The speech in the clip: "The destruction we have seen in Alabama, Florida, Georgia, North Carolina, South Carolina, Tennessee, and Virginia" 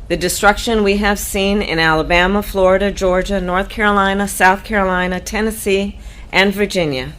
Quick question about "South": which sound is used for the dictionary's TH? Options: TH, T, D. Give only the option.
TH